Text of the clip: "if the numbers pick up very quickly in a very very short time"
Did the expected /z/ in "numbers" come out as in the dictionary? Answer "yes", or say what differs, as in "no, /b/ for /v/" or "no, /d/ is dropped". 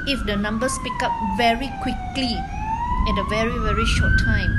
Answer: no, /s/ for /z/